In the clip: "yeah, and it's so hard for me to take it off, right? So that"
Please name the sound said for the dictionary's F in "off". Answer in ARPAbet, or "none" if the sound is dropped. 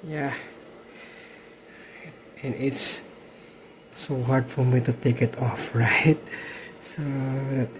F